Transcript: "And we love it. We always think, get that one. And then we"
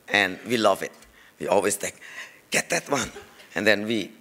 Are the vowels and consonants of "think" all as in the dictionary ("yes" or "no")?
no